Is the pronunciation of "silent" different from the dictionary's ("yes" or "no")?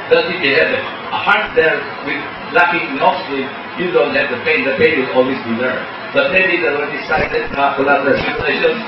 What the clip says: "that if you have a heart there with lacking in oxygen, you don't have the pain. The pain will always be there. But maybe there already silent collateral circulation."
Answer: yes